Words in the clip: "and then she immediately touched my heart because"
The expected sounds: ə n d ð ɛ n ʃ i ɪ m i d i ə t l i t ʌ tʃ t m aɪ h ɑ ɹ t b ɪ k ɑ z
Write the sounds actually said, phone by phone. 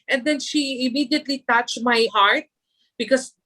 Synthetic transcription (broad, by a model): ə n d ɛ n ʃ i ɪ m i d i ə t l i t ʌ tʃ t m aɪ h ɑ ɹ t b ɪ k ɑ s